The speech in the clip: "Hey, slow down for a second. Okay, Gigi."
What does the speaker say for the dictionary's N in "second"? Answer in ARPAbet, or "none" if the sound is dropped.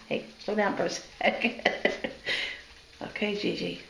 none